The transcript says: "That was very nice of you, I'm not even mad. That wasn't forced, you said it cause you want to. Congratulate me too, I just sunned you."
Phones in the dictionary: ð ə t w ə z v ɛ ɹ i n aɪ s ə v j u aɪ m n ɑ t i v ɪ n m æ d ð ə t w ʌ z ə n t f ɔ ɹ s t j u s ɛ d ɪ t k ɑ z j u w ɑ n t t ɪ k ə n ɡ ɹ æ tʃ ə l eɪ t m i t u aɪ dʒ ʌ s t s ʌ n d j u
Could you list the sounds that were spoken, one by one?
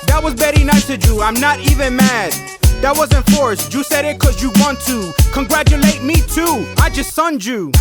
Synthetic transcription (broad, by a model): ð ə t w ə z b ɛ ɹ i n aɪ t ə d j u aɪ m n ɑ t i v ɪ n m æ d ð ə t w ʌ z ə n f ɔ ɹ s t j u s ɛ d ɪ t k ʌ z j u w ɑ n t t ɪ k ə n ɡ ɹ æ tʃ ə l eɪ t m i t u aɪ dʒ ʌ s t s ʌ n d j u